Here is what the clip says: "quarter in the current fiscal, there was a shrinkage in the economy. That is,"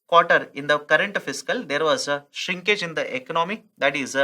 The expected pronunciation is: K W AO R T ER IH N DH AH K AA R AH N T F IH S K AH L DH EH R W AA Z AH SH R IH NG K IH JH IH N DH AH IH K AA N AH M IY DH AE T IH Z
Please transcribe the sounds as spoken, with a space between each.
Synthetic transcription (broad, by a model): K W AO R T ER IH N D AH K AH R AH N T F IH S K AH L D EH R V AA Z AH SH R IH NG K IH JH IH N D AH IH K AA N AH M IY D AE T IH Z